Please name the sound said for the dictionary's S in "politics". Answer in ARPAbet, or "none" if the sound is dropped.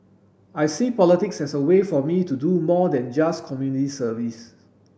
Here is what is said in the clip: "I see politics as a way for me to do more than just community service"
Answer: S